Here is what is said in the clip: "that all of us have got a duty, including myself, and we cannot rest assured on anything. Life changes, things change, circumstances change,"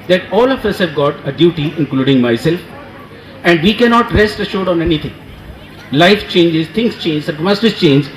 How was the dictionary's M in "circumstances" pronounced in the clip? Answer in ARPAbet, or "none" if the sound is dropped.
none